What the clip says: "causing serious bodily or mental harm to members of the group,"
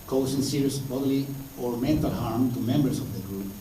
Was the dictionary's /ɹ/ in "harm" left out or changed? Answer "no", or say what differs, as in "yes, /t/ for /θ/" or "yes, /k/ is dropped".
no